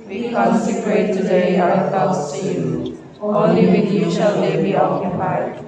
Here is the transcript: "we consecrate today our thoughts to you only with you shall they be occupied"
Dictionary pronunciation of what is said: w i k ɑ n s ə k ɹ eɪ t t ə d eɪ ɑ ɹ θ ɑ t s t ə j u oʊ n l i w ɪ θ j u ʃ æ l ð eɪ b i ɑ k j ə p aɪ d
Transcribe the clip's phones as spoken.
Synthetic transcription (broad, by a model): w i k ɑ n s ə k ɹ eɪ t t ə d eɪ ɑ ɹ t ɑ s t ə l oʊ l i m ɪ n j u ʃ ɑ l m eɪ b i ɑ k j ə p aɪ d